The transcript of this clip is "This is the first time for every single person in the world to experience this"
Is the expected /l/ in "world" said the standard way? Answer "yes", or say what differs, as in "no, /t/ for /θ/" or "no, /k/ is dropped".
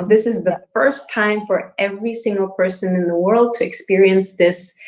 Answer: yes